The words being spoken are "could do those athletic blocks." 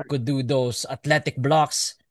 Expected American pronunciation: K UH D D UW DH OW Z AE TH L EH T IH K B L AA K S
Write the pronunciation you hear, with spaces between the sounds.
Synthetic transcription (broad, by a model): K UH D D UW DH OW S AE T L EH T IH K B L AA K S